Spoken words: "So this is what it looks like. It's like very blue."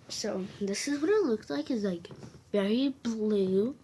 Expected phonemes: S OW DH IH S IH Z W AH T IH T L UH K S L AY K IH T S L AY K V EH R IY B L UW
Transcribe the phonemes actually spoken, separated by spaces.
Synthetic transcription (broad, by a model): S OW DH IH S IH Z W AH T IH T L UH K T L AY K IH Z L AY K V EH R IY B L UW